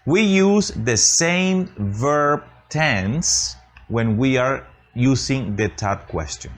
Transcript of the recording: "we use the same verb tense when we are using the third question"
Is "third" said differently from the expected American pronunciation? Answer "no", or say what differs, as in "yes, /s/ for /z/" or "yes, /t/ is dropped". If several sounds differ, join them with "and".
yes, /t/ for /θ/